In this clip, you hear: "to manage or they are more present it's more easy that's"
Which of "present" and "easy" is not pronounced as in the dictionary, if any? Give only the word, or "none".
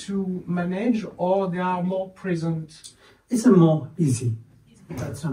none